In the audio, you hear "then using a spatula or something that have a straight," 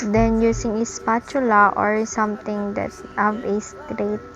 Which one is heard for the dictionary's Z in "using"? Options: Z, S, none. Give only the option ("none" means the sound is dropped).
S